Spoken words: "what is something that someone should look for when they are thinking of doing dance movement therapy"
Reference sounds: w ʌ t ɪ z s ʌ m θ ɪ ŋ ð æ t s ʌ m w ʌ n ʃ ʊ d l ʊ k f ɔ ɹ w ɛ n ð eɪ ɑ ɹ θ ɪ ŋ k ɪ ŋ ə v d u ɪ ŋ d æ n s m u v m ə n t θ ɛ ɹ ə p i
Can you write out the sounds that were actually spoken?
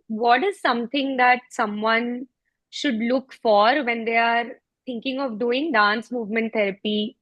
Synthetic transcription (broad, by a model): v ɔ t ɪ z s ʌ m t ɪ ŋ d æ t s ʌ m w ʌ n ʃ ʊ d l ʊ k f ɔ ɹ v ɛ n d eɪ ɑ ɹ t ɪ ŋ k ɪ ŋ ə v d u ɪ ŋ d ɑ n s m u v m ə n t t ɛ ɹ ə p i